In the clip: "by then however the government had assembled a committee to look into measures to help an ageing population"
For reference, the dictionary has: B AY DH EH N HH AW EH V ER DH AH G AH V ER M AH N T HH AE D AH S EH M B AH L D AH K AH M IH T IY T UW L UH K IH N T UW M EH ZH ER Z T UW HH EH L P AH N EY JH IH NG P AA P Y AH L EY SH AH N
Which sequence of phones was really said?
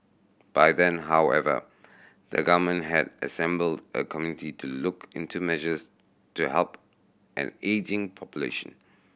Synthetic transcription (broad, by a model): B AY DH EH N HH AW EH V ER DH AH G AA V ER M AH N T HH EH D AH S EH M B AH L D AH K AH M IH T IY T UW L UH K IH N T UW M EH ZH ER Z T UW HH EH L P AH N EY JH IH NG P AA P Y AH L EY SH AH N